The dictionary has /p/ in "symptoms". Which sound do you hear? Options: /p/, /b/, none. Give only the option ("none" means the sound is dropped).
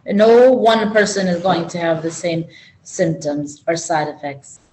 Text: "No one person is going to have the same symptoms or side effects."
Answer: /p/